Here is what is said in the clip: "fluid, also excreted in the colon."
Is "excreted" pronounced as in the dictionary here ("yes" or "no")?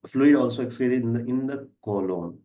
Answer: no